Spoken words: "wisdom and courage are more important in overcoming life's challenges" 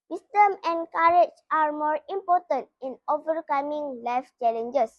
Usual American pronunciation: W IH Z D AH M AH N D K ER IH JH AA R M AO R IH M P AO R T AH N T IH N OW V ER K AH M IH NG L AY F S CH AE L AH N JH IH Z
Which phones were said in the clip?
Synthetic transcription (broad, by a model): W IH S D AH M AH N K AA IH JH AA R M AO R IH M P AO T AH N T IH N OW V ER K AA M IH NG L AY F CH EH L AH N JH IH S